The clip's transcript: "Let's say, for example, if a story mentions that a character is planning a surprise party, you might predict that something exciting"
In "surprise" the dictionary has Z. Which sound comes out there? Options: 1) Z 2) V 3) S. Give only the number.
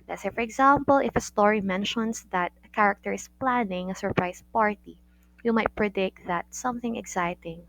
3